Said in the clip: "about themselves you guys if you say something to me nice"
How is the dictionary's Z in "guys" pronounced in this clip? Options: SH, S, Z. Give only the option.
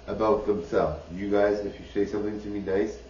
Z